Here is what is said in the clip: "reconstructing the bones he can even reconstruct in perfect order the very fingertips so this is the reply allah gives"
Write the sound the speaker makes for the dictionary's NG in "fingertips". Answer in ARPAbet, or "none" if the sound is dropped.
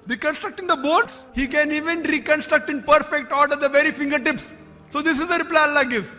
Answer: NG